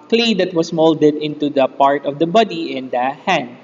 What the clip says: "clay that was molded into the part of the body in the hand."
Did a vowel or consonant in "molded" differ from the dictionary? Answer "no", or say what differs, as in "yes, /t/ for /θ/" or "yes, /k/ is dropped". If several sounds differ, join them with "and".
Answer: no